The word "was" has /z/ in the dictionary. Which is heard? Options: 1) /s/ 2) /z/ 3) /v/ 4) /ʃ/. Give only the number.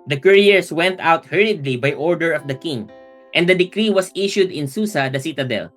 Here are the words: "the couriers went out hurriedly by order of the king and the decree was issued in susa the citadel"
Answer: 1